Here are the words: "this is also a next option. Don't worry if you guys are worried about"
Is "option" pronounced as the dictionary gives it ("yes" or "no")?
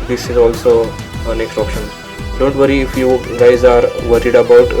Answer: yes